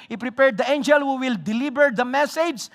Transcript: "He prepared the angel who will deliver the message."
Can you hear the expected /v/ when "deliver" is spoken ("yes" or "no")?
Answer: no